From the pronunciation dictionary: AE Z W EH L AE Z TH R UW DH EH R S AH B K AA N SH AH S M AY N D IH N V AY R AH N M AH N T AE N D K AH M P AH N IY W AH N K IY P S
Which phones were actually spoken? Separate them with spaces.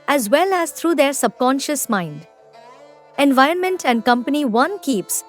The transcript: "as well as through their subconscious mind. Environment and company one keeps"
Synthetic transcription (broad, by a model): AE Z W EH L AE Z T R UW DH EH R S AH B K AA N SH AH S M AY N D IH N V AY R AH N M AH N T AE N D K AH M P AH N IY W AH N K IY P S